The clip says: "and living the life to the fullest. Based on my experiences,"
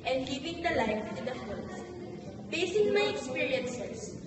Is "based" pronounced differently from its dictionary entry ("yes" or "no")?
yes